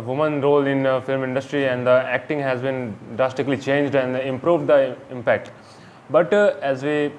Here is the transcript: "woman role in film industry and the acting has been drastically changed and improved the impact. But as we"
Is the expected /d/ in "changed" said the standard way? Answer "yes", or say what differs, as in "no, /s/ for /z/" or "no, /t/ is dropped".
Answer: yes